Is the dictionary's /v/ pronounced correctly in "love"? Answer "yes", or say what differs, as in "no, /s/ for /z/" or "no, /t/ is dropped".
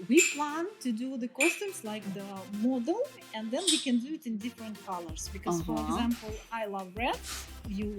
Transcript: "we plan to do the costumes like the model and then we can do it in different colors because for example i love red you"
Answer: yes